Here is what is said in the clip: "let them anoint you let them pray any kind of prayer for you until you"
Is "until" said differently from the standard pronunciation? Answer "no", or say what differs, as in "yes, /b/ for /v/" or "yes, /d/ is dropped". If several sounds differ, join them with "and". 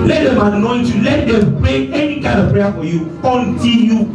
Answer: yes, /n/ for /l/